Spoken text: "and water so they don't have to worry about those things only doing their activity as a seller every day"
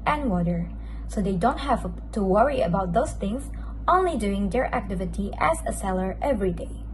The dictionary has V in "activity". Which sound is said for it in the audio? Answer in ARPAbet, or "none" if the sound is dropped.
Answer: V